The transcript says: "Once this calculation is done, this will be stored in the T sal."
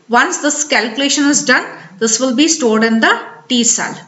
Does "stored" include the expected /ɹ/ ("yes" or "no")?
yes